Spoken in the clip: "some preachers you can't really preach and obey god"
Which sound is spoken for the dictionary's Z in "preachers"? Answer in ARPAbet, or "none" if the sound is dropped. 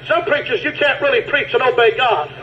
Z